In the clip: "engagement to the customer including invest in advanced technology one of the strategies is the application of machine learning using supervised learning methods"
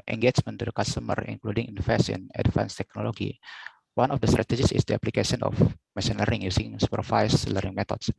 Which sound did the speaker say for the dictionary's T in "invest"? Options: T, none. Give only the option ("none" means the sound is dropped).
none